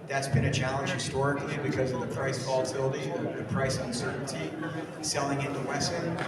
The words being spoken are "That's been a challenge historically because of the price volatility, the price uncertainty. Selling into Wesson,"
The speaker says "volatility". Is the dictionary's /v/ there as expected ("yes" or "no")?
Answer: no